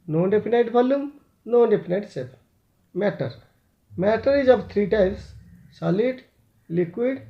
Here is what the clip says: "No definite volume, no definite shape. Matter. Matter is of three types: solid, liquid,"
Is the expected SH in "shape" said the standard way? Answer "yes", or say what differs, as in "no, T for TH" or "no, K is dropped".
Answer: no, S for SH